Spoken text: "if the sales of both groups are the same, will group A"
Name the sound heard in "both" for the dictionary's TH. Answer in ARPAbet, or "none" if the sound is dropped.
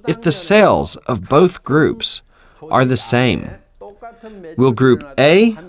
TH